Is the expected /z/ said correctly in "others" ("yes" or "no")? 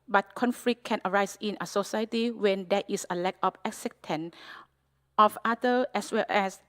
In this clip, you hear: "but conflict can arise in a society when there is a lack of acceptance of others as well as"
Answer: no